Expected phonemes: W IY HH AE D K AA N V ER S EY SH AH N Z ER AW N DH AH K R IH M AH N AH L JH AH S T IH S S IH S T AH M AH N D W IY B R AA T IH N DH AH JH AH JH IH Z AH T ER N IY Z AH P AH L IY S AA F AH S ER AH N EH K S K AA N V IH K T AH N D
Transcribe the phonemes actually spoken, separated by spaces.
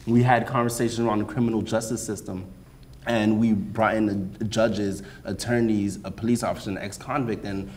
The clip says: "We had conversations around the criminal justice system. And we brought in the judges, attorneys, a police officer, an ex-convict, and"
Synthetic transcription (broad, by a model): W IY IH D K AA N V ER S EY SH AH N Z ER AW N DH AH K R IH M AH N L JH AH S T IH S S IH S T AH M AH N W IY B R AA T IH N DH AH JH AH JH IH Z AH T ER N IY Z AH P AH L IY S AA F AH S ER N EH K S K AA N V IH K T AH N